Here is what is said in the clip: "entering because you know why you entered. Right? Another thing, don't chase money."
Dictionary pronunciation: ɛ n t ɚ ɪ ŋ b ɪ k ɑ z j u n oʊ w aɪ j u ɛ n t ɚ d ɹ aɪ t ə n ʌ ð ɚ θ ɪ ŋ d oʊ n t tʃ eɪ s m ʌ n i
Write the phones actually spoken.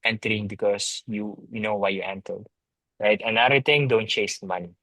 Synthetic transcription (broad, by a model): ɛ n t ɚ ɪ ŋ b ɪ k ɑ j j u n oʊ w aɪ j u ɛ n t ɚ d ɹ aɪ t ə n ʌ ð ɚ t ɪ ŋ d oʊ n t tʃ eɪ s m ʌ n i